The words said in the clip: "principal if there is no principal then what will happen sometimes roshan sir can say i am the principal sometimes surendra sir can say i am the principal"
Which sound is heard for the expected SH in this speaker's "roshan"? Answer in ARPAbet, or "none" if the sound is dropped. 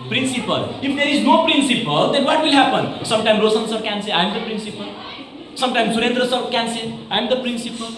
S